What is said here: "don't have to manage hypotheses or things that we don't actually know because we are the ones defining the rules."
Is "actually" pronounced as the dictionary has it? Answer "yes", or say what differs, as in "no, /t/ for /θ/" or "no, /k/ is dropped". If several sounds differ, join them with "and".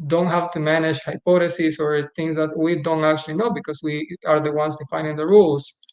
yes